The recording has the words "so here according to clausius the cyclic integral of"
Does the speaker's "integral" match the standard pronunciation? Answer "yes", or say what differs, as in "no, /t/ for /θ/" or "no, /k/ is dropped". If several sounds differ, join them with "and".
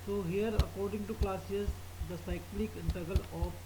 no, /ɹ/ is dropped